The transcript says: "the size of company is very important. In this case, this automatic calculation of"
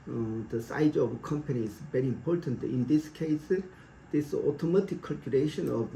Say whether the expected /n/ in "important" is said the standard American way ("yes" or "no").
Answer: yes